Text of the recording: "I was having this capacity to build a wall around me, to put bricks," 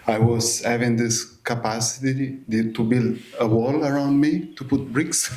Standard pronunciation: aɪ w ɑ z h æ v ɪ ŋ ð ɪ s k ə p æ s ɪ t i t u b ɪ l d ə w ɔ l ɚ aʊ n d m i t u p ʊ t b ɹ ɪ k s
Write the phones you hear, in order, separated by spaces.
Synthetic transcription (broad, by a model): aɪ w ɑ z h æ v ɪ ŋ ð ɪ s k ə p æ s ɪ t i t u b ɪ l d ə w ɔ l ɚ aʊ n d m i t u p ʊ t b ɹ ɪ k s